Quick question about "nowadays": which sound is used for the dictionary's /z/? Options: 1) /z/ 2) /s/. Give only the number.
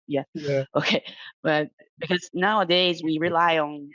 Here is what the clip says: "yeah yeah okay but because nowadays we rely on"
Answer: 1